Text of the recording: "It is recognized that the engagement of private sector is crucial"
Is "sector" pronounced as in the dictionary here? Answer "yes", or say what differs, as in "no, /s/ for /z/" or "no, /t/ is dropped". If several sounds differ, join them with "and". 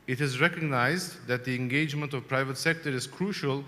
yes